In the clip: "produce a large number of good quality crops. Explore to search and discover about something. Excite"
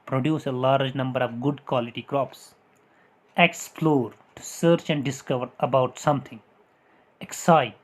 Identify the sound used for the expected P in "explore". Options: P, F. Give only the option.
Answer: F